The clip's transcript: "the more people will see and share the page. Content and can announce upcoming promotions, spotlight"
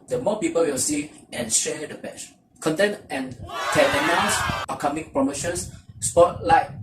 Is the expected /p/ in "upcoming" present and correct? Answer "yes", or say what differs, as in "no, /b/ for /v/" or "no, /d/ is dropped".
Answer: no, /p/ is dropped